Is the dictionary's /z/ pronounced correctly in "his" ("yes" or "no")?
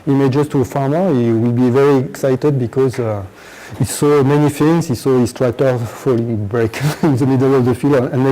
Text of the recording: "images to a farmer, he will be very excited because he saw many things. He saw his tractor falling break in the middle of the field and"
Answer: no